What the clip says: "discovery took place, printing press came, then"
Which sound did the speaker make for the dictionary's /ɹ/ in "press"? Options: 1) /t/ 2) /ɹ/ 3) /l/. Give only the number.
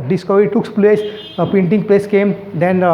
3